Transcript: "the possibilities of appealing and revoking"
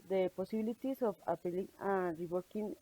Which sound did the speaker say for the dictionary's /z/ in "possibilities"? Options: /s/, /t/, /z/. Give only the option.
/s/